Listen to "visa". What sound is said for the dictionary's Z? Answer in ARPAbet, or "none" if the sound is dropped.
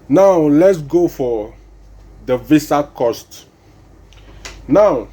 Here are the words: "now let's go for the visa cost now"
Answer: S